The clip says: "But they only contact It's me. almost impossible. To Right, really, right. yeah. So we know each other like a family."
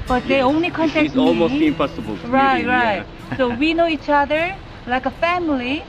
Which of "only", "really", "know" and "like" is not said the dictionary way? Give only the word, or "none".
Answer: really